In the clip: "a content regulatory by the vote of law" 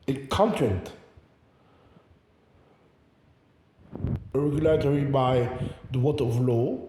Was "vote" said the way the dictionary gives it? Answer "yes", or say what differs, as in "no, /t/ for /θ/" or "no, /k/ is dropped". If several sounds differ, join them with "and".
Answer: no, /w/ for /v/